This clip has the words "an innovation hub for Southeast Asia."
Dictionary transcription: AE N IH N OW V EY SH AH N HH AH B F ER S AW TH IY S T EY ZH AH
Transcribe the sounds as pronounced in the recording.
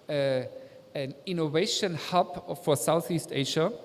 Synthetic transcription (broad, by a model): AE N IH N OW V EY SH AH N HH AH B F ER S AW TH IY S T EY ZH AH